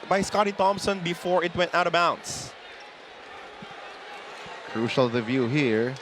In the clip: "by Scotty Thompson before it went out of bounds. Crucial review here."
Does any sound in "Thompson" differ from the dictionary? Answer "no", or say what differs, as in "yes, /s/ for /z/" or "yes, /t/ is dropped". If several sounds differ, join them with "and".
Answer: no